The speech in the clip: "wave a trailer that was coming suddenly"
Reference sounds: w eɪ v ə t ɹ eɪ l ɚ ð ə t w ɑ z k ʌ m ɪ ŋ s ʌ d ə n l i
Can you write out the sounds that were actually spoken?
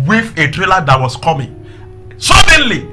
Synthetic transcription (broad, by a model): w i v ə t ɹ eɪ l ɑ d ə t w ɑ s k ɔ m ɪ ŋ s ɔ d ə n l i